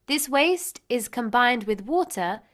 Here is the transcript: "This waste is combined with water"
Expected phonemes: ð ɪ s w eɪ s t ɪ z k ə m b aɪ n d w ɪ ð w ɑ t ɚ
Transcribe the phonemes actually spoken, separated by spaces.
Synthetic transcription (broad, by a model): ð ɪ s w eɪ s t ɪ z k ə m b aɪ n d w ɪ ð w ɑ t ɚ